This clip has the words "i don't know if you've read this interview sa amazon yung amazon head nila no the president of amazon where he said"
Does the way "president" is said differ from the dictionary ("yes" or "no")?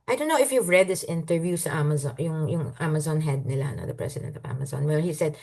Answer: yes